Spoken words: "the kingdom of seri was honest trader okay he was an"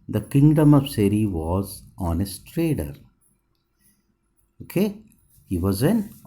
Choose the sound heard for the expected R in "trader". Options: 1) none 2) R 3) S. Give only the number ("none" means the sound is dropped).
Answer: 2